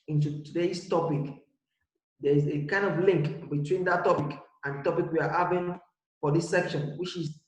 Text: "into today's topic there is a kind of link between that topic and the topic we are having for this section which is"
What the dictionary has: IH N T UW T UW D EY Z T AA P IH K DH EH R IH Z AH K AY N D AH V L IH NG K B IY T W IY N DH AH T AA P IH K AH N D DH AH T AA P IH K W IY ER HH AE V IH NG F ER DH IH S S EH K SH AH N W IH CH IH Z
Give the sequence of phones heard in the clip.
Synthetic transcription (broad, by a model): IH N T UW T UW D EY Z T AA P IH K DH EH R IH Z AH K AY N D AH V L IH NG K B IY T W IY N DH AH T AA P IH K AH N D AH T AA P IH K W IY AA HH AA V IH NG F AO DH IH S S EH K SH AH N W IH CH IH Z